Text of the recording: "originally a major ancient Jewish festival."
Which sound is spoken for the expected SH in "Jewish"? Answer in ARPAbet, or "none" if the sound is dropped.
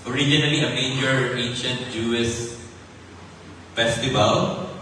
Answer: S